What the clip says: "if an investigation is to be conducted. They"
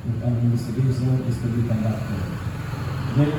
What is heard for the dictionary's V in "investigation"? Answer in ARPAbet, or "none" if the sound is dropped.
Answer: none